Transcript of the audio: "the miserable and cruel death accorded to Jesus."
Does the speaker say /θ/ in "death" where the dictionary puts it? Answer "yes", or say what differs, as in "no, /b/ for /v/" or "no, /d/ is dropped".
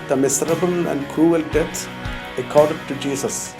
no, /s/ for /θ/